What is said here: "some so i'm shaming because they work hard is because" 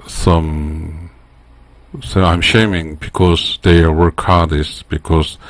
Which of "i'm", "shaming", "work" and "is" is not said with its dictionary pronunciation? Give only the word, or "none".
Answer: is